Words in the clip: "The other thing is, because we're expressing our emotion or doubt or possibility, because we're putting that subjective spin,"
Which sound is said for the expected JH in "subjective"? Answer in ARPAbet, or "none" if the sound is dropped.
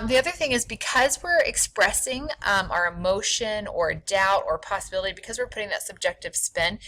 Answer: JH